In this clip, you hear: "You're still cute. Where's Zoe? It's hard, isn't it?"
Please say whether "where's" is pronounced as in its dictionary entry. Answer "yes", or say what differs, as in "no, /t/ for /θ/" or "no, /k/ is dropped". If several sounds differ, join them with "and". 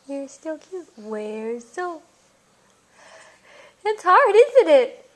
yes